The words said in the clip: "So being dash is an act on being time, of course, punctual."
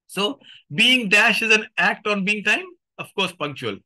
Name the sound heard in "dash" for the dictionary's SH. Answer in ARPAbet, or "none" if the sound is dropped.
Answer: SH